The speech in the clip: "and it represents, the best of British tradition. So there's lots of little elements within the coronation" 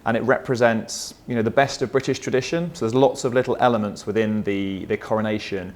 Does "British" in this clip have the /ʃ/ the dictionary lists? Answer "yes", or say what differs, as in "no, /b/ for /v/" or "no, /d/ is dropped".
yes